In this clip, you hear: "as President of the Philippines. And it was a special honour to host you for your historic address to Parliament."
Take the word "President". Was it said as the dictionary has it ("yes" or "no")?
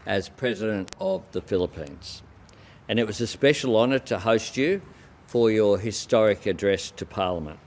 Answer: yes